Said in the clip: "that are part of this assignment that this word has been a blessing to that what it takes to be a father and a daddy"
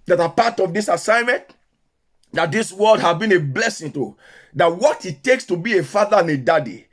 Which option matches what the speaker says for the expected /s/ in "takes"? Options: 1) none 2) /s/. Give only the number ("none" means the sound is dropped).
2